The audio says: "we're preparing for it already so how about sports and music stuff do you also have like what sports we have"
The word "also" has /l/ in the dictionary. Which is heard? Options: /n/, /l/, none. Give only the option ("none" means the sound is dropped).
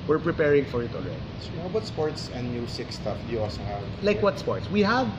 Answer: none